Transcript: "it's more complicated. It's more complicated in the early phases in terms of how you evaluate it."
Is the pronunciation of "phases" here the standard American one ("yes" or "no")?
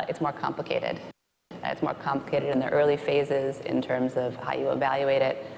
yes